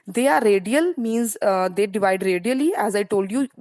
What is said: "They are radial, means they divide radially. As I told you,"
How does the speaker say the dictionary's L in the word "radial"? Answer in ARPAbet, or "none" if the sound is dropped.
L